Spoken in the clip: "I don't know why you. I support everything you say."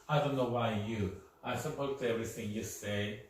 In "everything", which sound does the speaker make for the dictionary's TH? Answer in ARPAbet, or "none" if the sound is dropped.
TH